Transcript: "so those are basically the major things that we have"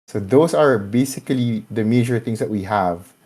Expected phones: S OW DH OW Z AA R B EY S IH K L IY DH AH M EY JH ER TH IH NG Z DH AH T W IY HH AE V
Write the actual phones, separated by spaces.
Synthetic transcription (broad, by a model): S OW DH OW S AA R B EY S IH K L IY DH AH M EY JH ER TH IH NG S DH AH T W IY HH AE V